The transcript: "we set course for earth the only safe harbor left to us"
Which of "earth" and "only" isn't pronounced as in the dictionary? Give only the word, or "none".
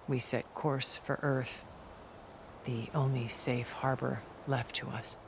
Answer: none